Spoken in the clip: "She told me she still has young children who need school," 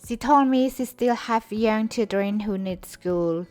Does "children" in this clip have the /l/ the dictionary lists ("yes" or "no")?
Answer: no